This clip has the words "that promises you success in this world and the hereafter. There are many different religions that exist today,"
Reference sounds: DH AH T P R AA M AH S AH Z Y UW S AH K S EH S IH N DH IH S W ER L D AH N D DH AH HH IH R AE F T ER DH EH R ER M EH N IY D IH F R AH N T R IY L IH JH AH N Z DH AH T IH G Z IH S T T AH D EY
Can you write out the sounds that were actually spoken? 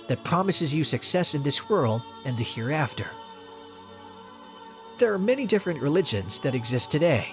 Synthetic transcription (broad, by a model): DH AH T P R AA M AH S AH Z Y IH S AH K S EH S IH N DH IH S W ER L D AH N DH AH HH IH R AE F T ER DH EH R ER M EH N IY D IH F R AH N T R IY L IH JH AH N Z DH AH T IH G Z IH S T T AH D EY